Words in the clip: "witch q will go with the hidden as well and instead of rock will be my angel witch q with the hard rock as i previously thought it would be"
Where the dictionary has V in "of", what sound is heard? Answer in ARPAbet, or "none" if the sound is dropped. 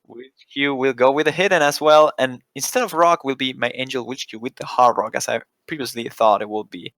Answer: V